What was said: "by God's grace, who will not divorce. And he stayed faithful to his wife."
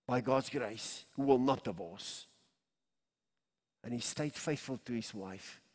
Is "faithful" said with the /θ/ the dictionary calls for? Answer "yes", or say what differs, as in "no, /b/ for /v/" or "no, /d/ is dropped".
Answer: yes